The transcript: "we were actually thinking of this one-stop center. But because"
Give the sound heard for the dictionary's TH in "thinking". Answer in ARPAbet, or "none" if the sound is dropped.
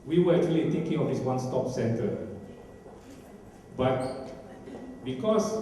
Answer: T